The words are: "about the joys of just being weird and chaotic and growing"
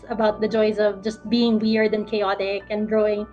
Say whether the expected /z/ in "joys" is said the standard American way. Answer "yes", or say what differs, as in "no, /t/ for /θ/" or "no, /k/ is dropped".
yes